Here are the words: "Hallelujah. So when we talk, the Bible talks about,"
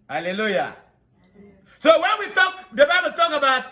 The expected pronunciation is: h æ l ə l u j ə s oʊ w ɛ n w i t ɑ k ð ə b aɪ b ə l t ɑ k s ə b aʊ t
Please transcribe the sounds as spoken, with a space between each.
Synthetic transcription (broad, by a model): h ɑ l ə l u j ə s oʊ w ɛ n w i t ɑ k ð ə b aɪ b ə l t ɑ k ə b aʊ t